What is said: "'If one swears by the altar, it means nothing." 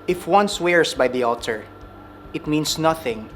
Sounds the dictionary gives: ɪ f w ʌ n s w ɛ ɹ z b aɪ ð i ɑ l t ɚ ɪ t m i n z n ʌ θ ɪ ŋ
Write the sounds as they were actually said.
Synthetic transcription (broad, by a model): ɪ f w ʌ n s w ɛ ɹ s b aɪ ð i ɑ l t ɚ ɪ t m i n s n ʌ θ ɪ ŋ